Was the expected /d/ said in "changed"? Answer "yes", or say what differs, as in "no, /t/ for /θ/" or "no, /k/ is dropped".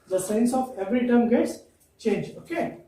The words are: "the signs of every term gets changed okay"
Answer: no, /d/ is dropped